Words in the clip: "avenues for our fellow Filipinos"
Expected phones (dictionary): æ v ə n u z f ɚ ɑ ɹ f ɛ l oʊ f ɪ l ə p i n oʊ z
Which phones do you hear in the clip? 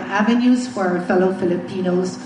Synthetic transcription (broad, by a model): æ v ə n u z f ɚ ɑ ɹ f ɛ l oʊ f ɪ l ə p i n oʊ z